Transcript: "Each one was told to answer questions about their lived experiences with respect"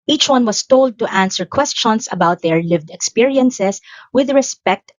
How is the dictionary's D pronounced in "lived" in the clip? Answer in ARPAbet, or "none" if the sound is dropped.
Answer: D